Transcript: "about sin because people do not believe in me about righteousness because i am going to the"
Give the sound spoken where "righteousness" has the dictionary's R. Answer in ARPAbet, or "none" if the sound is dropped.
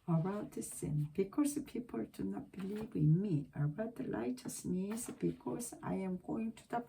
L